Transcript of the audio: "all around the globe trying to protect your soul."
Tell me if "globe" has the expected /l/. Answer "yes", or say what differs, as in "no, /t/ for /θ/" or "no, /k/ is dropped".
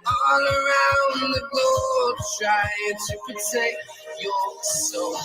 no, /l/ is dropped